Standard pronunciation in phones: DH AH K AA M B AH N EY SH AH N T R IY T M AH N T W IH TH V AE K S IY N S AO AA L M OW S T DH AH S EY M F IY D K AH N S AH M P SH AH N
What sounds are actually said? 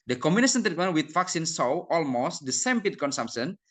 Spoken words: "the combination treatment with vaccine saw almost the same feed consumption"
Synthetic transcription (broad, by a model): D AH K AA M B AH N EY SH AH N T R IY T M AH N W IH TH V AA K S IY N S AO AA L M OW S T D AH S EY M P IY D K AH N S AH M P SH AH N